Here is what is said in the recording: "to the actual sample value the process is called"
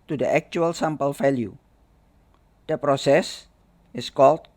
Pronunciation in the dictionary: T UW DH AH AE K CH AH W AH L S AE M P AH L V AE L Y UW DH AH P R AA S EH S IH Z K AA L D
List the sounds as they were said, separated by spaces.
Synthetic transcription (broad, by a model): T UW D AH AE K CH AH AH L S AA M P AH L F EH L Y UW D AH P R AA S EH S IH S K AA L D